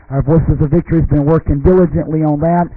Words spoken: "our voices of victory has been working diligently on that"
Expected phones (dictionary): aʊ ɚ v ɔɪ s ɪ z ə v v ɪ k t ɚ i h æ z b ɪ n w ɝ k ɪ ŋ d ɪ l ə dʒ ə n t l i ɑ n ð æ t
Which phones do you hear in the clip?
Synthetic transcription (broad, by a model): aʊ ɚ v ɔɪ s ɪ z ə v v ɪ k t ɚ i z b ɪ n w ɝ k ɪ ŋ d ɪ l ə dʒ ə n t l i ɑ n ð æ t